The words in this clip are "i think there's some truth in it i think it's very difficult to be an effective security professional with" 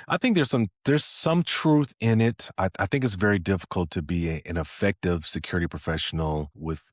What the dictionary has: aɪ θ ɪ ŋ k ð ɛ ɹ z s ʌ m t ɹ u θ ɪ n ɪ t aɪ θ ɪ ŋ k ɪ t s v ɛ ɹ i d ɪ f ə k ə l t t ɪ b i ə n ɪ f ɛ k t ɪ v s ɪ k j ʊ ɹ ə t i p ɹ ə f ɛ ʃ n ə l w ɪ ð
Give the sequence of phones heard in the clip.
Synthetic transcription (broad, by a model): aɪ θ ɪ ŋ k ð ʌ ɹ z s ʌ m t ɹ u θ ɪ n ɪ t aɪ θ ɪ ŋ k ɪ t s v ɛ ɹ i d ɪ f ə k l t t ɪ b i ə n ɪ f ɛ k t ɪ v s ɪ k j ʊ ɹ ə t i p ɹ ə f ɛ ʃ n l w ɪ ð